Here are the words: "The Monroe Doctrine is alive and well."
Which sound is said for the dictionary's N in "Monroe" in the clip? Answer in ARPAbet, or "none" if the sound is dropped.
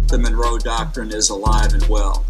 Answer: N